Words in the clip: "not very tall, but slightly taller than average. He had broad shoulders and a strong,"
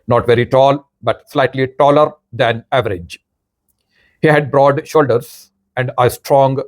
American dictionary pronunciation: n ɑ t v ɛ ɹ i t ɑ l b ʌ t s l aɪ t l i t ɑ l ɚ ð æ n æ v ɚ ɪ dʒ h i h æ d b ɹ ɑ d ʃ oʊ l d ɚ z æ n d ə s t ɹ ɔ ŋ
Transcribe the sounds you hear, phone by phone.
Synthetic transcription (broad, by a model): n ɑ t v ɛ ɹ i t ɑ l b ʌ t s l aɪ t l i t ɑ l ɚ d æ n æ v ɚ ɪ dʒ h i h æ d b ɹ ɑ d ʃ oʊ l d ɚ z æ n d ə s t ɹ ɔ ŋ